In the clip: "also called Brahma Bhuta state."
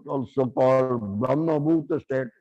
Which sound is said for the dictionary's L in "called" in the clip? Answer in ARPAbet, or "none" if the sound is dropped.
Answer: none